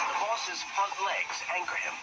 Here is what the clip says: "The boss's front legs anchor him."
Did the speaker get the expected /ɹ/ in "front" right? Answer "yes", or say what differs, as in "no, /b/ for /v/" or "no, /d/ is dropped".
no, /ɹ/ is dropped